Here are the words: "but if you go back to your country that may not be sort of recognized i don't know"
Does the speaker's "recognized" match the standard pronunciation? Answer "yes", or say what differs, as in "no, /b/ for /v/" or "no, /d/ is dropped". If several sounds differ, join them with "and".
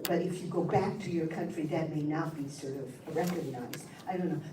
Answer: yes